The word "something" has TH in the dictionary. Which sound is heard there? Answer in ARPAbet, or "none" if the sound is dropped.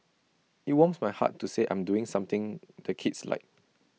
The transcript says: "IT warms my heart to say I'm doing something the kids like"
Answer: T